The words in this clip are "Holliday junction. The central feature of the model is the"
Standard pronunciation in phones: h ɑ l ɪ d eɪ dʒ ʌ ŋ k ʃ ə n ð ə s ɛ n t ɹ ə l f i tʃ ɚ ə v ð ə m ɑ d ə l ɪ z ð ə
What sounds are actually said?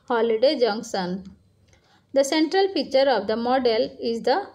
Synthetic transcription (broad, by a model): h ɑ l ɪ d eɪ dʒ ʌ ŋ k s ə n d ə s ɛ n t ɹ ə l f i tʃ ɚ ə v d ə m ɑ d ə l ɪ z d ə